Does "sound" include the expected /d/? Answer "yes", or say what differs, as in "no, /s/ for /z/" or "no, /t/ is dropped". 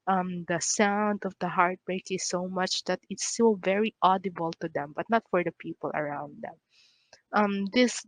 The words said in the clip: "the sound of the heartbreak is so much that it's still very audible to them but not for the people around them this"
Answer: yes